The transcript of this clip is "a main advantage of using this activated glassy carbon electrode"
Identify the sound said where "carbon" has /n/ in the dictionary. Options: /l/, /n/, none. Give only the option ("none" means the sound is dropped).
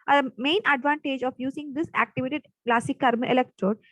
none